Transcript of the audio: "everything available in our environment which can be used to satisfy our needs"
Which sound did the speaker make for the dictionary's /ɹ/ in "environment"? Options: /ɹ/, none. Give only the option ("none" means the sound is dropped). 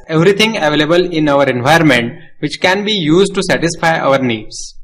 none